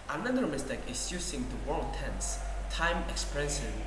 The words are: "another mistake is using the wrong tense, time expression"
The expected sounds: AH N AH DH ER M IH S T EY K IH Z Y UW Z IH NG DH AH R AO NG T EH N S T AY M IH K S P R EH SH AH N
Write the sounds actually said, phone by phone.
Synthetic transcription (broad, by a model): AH N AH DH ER M IH S T EY K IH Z Y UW S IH NG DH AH W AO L T EH N S T AY M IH K S P R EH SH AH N